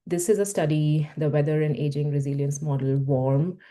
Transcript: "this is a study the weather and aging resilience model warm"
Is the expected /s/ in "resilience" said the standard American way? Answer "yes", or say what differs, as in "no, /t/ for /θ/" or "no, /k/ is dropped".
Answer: yes